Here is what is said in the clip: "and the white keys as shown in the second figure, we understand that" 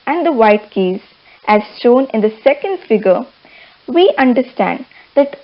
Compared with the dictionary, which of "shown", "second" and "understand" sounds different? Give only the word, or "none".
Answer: shown